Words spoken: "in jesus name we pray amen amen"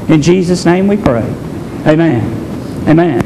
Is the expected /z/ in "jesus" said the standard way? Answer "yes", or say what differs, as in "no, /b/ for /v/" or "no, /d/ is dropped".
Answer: yes